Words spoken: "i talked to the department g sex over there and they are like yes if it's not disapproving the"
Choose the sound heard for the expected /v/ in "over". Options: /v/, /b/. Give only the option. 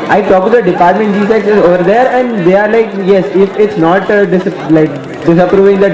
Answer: /v/